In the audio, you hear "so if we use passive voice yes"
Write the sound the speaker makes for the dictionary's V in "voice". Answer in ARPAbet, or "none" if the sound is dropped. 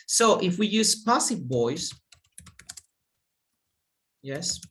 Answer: B